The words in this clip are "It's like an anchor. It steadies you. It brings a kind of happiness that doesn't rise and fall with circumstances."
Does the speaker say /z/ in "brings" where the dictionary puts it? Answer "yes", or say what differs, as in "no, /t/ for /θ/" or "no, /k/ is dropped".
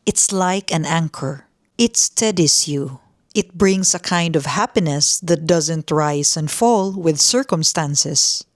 no, /s/ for /z/